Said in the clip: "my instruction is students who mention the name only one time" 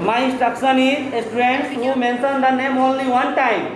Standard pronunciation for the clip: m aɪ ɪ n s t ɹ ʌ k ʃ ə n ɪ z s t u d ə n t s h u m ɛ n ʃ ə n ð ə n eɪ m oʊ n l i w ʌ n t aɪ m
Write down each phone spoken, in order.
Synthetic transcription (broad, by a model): m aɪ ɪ s t ʌ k s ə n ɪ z s t u d ə n t s h u m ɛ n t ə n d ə n eɪ m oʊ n l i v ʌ n t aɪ m